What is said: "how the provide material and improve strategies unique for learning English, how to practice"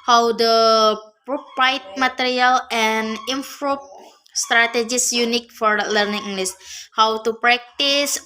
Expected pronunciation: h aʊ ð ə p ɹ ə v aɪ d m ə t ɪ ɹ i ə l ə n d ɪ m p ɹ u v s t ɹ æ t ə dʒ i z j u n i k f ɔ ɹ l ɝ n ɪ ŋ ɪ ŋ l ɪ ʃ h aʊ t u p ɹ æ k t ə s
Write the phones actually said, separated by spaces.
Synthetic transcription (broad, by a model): h aʊ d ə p ɹ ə p aɪ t m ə t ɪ ɹ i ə l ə n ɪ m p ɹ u p s t ɹ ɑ t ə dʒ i s j u n i k f ɔ ɹ l ɝ n ɪ ŋ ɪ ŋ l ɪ s h aʊ t u p ɹ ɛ k t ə s